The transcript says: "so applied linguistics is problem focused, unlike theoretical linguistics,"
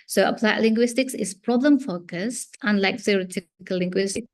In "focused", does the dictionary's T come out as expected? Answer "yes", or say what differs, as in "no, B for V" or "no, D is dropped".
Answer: yes